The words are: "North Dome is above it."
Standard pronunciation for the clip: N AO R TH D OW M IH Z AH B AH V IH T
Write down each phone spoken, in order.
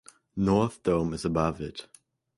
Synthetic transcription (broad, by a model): N AO R TH D OW M IH Z AH B AH V IH T